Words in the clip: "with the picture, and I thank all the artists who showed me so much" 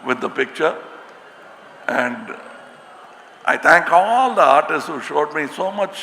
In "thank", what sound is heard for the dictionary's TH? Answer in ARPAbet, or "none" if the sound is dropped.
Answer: T